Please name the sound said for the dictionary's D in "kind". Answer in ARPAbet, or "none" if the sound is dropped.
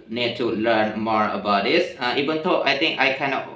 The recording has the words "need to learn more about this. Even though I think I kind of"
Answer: none